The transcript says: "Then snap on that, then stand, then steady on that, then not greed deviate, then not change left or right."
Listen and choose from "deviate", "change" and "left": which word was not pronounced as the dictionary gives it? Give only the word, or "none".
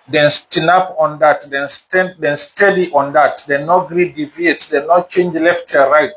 none